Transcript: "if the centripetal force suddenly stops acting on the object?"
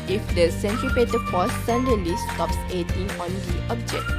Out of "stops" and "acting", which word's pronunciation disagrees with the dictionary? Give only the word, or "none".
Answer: acting